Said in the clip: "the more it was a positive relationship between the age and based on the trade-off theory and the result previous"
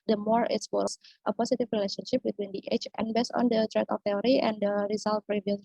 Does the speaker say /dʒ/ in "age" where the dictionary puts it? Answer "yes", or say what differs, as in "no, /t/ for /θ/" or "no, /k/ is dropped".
no, /tʃ/ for /dʒ/